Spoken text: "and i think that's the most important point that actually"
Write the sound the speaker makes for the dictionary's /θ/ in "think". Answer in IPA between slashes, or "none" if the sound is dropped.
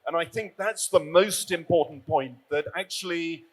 /θ/